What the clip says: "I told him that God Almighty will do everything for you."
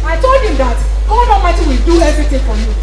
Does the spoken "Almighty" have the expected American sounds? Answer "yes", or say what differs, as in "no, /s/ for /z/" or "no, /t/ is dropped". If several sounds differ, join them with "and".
no, /l/ is dropped